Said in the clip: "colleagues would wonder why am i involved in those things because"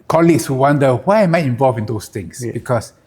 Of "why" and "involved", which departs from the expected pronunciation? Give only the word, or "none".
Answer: involved